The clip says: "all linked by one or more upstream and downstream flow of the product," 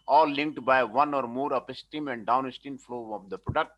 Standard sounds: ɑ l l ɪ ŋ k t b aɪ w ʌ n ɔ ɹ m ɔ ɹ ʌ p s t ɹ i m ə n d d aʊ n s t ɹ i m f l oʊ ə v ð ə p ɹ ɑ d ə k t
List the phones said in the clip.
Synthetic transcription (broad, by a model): ɑ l l ɪ ŋ k t b aɪ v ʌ n ɔ ɹ m ɔ ɹ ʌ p s t i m ə n d d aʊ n s t i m f l oʊ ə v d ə p ɹ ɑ d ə k t